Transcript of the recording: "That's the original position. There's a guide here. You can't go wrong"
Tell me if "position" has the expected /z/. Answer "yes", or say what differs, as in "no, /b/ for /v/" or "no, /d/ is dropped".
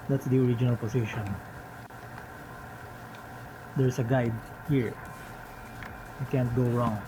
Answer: no, /s/ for /z/